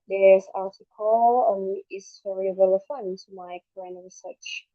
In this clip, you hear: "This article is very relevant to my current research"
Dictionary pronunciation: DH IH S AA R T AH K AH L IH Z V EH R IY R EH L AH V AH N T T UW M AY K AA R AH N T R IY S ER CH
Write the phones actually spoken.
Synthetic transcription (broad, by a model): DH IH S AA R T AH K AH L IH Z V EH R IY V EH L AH F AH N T T UW M AY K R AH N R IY S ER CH